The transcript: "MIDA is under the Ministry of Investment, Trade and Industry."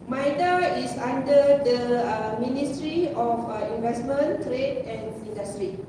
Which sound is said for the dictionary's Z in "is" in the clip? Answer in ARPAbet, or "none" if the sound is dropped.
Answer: S